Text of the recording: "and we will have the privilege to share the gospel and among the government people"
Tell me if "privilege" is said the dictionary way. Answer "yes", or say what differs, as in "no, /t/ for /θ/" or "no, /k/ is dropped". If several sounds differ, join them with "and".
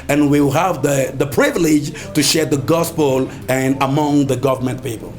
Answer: yes